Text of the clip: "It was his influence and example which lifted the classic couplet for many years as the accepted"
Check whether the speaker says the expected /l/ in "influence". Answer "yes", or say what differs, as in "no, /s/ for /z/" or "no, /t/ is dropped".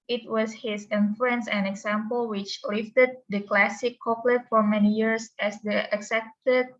no, /l/ is dropped